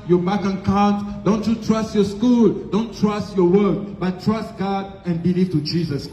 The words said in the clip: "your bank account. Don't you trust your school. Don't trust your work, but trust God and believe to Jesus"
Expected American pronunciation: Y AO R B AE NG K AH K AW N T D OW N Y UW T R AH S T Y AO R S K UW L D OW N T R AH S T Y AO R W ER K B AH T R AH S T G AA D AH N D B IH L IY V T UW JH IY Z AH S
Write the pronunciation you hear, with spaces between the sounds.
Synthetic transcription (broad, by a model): Y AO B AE K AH K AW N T D OW N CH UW T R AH S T Y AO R S K UW L D OW N T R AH S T Y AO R W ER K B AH T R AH S T G AA D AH N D B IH L IY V T UW JH IY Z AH S